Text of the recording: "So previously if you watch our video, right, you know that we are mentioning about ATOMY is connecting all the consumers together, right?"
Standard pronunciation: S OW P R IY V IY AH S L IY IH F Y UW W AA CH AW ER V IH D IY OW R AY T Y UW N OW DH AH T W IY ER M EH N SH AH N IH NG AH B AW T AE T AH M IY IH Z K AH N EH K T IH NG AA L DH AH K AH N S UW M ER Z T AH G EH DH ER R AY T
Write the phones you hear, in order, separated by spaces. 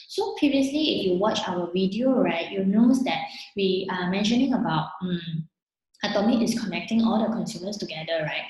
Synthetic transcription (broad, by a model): S OW P R IY V IY AH S L IY IH F Y UW W AA CH AW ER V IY D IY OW R AY T Y UW N OW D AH T W IY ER M EH N SH AH N IH NG AH B AW T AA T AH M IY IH S K AH N EH K T IH NG AA L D AH K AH N S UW M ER S T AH G EH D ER R AY T